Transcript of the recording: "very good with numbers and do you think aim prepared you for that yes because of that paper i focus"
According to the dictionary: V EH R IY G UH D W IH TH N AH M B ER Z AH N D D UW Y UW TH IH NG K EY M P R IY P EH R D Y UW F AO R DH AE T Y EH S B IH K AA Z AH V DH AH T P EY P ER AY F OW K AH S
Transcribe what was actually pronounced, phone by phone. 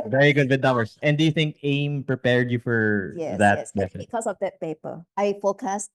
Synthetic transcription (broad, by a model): V EH R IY G UH D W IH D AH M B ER S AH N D D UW Y UW TH IH NG K EY M P R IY P EH R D Y UW F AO R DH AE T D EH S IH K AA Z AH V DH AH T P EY P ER AY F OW K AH S